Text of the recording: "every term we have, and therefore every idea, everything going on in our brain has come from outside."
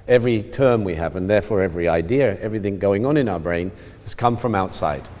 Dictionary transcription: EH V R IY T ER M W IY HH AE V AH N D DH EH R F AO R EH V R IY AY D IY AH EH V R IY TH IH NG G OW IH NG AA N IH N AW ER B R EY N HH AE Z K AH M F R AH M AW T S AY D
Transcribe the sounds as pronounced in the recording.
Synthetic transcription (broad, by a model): EH V R IY T ER M W IY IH V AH N DH EH R F AO R EH V R IY AY D IY AH EH V R IY TH IH NG G OW IH NG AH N IH N AW ER B R EY N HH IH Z K AH M F R AH M AW T S AY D